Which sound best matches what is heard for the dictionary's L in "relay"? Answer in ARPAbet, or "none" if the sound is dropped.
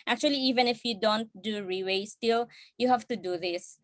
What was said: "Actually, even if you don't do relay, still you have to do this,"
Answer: W